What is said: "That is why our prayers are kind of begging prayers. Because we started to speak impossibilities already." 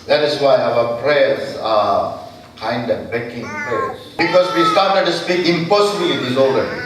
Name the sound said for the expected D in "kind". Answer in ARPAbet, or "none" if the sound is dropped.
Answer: D